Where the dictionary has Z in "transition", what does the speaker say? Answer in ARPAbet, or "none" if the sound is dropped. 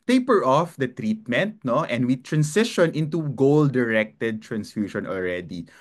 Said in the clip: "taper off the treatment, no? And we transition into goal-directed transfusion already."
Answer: S